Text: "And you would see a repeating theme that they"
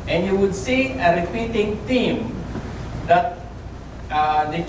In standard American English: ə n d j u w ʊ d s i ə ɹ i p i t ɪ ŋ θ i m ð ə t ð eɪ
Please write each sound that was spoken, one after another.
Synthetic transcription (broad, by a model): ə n j u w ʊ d s i ə ɹ i p i t ɪ ŋ t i m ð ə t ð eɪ